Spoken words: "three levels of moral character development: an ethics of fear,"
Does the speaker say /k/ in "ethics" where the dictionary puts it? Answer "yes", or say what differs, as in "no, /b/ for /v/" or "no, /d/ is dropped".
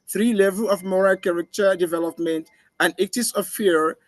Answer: no, /k/ is dropped